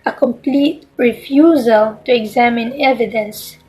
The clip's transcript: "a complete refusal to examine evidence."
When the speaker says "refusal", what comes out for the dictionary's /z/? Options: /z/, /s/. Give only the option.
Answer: /z/